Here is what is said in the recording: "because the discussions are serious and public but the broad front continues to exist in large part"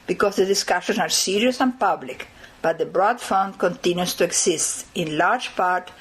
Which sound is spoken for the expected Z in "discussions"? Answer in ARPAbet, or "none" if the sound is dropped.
S